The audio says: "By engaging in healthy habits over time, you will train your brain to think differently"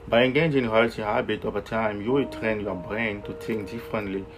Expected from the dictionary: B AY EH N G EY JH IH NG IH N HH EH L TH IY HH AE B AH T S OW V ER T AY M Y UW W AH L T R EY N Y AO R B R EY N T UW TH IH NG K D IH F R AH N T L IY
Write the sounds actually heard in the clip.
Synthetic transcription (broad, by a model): B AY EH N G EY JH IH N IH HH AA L T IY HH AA B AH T OW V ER T AY M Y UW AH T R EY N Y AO B R EY N T UW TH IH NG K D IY F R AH N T L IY